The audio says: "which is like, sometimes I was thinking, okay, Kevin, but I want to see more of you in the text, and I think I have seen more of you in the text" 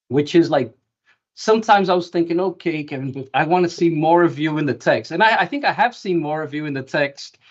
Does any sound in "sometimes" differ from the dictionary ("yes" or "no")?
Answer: no